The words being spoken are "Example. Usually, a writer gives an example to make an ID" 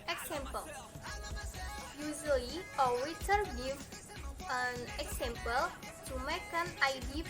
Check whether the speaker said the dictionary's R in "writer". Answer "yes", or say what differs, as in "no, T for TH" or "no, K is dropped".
no, W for R